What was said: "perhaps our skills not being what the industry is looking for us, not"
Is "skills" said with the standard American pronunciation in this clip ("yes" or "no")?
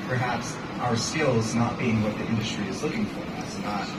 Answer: yes